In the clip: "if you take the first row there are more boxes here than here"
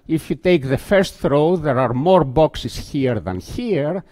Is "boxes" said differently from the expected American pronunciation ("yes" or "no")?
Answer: yes